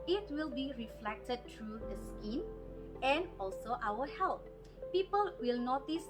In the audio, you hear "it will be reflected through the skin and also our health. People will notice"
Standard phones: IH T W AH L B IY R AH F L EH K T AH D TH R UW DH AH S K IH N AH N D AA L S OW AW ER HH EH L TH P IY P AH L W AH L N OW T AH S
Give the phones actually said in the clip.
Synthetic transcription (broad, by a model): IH T W AH L B IY R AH F L EH K T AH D T R UW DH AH S K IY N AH N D AA L S OW AW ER HH EH L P P IY P AH L W AH L N OW T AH S